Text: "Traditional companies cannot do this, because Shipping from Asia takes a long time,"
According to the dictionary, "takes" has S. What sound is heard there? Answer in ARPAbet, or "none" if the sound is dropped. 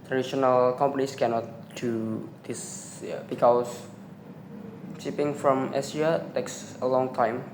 S